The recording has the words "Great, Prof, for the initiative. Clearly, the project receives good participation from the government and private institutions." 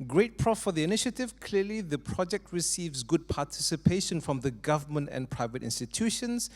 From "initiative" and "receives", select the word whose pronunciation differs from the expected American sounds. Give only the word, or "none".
none